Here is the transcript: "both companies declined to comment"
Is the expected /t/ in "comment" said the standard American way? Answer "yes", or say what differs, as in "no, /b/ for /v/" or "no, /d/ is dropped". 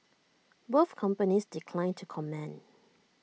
no, /t/ is dropped